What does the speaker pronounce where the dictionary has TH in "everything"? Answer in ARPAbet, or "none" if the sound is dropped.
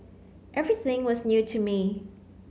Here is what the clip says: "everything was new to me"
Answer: TH